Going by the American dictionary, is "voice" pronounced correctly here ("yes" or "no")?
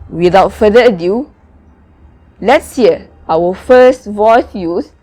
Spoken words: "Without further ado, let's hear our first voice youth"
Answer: yes